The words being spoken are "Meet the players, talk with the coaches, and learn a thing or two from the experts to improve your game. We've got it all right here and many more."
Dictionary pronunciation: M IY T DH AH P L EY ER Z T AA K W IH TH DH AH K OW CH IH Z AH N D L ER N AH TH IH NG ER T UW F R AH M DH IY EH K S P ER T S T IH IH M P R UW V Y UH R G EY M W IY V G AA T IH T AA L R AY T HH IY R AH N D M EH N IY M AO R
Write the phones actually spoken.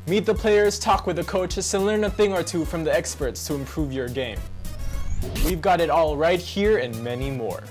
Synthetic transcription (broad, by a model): M IY T DH AH P L EY ER Z T AA K W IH DH AH K OW CH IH S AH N L ER N AH TH IH NG ER T UW F R AH M DH IY EH K S P ER T S T IH IH M P R UW V Y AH R G EY M W IY V G AA T IH T AA L R AY T HH IY R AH N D M EH N IY M AO R